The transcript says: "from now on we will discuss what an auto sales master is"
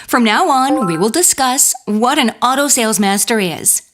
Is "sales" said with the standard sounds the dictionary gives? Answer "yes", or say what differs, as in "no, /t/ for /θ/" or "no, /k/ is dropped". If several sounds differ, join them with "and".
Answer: yes